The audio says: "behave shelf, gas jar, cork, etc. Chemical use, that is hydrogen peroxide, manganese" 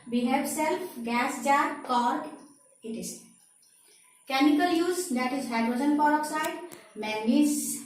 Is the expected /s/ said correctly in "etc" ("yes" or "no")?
no